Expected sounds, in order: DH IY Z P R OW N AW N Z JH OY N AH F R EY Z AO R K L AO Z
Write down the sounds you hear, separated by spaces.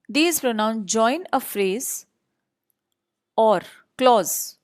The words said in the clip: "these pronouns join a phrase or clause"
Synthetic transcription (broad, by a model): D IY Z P R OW N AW N S JH OY N AH F R EY Z AO R K L AO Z